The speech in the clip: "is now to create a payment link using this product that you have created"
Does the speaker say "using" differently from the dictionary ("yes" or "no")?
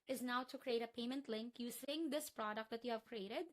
yes